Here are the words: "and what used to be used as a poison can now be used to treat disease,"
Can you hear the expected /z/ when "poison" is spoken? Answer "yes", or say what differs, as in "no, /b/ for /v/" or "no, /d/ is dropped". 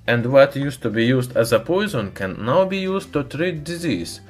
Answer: yes